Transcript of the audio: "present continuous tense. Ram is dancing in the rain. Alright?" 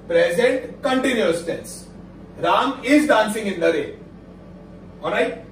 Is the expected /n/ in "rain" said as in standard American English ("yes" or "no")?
no